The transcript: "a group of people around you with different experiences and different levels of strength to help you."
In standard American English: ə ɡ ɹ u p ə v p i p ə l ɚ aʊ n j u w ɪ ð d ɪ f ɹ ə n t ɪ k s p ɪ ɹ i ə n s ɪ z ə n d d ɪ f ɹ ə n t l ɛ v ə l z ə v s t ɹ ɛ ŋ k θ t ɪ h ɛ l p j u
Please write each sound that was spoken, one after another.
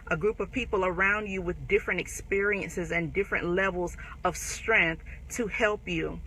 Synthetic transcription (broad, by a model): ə ɡ ɹ u p ə v p i p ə l ɚ aʊ n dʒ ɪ w ɪ ð d ɪ f ɹ ə n t ɪ k s p ɪ ɹ i ə n s ɪ z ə n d d ɪ f ɹ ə n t l ɛ v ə l z ə v s t ɹ ɛ ŋ k θ t ɪ h ɛ l p j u